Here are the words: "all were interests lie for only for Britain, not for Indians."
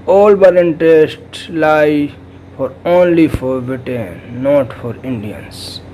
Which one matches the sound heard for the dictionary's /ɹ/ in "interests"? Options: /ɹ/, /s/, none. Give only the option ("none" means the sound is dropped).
none